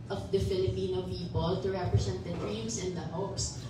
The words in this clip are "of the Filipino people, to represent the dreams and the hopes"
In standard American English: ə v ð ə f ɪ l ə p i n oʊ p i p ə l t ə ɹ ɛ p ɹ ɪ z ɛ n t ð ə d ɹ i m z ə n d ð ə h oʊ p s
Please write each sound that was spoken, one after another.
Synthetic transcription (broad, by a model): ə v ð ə f ɪ l ə p i n oʊ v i b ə l t ə ɹ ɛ p ɹ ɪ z ɛ n t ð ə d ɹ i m s ə n d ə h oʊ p s